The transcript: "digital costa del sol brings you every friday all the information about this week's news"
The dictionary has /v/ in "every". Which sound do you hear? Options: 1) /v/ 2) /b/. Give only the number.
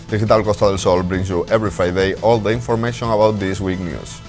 2